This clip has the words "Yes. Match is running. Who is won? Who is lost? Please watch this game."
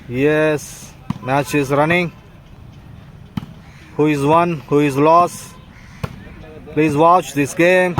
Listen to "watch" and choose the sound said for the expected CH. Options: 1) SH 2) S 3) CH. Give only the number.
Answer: 3